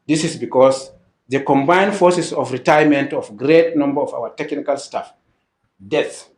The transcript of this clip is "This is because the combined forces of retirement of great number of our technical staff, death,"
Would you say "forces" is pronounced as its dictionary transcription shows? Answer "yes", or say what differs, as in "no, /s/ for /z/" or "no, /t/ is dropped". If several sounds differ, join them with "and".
no, /s/ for /z/